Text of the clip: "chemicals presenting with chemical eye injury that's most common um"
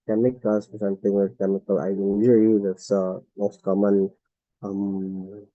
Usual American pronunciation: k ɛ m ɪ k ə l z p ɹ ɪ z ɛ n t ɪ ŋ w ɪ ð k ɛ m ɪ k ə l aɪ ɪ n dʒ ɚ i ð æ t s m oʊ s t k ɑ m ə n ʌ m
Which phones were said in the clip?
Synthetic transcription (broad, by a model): k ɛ m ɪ k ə l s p ɪ s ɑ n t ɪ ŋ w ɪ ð k ɛ m ɪ k ə l aɪ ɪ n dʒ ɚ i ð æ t s m oʊ s t k ɑ m ə n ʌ m